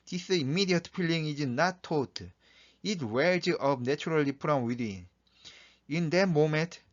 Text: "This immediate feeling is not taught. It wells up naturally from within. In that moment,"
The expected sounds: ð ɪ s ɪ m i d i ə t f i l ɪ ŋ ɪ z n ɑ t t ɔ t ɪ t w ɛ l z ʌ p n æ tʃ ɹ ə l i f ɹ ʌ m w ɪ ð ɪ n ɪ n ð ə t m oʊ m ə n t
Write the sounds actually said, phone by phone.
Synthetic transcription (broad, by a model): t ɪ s ɪ m i d i ə t p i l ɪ ŋ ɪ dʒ n ɑ t t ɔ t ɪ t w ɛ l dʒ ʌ b n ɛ tʃ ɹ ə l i p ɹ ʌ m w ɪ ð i n ɪ n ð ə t m oʊ m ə n t